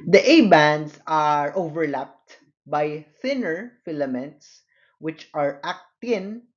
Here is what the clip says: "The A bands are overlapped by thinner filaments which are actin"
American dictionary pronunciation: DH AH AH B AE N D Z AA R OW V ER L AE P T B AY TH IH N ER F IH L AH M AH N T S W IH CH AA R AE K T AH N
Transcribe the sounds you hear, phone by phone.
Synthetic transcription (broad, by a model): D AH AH B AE N D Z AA R OW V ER L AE P T B AY TH IH N ER F IH L AH M AH N T S W IH CH AA R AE K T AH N